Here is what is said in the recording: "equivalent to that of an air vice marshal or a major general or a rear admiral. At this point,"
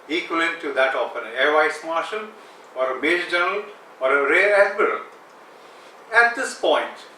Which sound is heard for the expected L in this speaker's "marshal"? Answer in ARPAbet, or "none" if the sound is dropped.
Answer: N